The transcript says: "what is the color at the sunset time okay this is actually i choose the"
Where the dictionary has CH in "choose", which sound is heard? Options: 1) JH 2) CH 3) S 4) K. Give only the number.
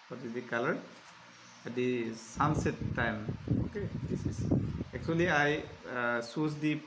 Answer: 3